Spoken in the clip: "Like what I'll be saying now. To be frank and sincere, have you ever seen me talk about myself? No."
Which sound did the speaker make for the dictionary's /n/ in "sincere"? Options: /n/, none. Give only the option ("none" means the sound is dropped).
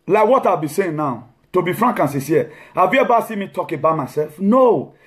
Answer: none